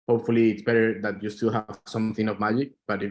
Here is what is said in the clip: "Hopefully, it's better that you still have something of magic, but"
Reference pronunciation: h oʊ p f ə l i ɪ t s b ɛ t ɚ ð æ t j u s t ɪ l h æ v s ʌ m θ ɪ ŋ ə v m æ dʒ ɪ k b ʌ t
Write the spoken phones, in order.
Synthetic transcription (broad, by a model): h oʊ p f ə l i ɪ t s b ɛ t ɚ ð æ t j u s t ɪ l h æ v s ʌ m θ ɪ ŋ ə v m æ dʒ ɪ k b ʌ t